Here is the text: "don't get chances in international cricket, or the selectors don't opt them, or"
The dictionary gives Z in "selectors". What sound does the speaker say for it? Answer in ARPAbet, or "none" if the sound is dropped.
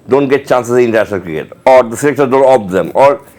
none